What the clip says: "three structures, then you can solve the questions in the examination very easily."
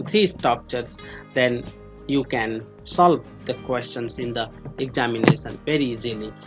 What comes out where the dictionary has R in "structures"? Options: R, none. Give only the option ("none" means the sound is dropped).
none